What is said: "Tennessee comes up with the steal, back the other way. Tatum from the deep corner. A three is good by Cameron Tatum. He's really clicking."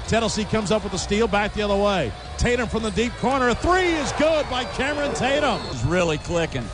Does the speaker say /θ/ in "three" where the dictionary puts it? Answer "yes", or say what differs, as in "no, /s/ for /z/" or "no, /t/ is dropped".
yes